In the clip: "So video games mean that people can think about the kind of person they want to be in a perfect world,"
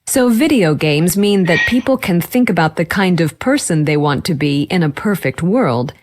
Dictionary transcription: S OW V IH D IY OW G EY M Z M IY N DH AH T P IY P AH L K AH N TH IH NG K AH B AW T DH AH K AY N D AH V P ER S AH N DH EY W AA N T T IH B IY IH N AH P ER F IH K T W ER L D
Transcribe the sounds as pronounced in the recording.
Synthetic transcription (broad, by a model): S OW V IH D IY OW G EY M Z M IY N DH AH T P IY P L K AH N TH IH NG K AH B AW T DH AH K AY N D AH V P ER S AH N DH EY W AA N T T IH B IY IH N AH P ER F IH K T W ER L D